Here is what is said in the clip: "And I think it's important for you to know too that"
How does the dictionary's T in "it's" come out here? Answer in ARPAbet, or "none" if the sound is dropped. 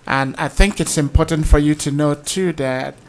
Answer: T